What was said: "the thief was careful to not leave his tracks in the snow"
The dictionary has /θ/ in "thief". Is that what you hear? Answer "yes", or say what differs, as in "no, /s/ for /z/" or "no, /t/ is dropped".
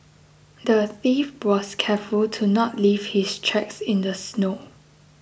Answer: yes